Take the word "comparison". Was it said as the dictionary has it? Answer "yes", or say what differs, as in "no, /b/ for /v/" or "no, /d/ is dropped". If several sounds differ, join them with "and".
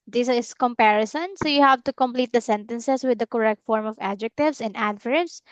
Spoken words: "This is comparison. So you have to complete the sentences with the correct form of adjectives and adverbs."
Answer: yes